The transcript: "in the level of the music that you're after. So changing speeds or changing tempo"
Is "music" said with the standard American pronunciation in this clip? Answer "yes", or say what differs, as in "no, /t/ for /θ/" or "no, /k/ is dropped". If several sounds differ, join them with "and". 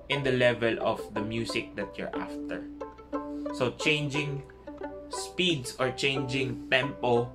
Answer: no, /s/ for /z/